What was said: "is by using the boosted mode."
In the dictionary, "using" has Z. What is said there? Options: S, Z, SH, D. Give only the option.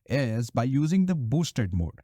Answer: Z